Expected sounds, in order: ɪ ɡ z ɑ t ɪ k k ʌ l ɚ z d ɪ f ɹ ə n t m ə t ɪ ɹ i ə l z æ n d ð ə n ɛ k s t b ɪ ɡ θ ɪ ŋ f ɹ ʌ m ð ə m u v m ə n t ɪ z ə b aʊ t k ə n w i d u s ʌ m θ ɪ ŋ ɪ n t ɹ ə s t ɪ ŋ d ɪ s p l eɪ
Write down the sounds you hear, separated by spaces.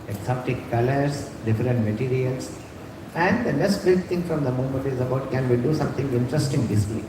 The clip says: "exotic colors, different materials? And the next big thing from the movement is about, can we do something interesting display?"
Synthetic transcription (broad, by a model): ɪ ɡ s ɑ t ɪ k k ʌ l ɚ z d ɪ f ɹ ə n t m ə t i ɹ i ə l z æ n d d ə n ɛ k s t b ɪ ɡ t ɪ ŋ f ɹ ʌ m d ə m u m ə n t ɪ z ə b aʊ t k ə n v i d u s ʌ m t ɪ ŋ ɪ n t ɹ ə s t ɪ ŋ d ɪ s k l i